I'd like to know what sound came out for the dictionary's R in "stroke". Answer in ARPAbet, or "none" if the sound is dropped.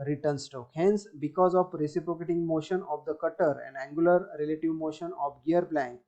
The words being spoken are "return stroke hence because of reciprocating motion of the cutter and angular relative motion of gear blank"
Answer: none